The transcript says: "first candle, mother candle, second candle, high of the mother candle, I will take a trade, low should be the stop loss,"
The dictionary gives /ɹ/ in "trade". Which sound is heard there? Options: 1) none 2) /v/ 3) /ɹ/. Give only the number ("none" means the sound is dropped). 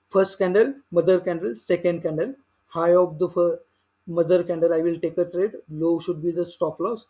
3